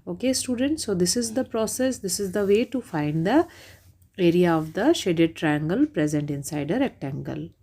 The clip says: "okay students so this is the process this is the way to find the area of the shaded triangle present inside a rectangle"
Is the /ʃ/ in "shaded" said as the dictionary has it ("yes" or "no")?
yes